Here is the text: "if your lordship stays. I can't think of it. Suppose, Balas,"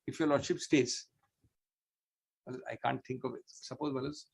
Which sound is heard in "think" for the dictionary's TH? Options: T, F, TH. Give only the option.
T